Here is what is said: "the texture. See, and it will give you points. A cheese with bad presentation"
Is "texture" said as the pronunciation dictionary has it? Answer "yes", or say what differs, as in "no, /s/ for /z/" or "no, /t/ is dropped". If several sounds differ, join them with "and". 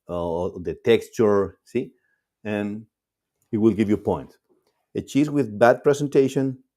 yes